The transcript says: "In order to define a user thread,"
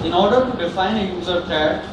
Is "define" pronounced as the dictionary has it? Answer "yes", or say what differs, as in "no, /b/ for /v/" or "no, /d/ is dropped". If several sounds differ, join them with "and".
yes